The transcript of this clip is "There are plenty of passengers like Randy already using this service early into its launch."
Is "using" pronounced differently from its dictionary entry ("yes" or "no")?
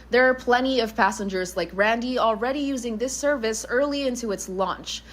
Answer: no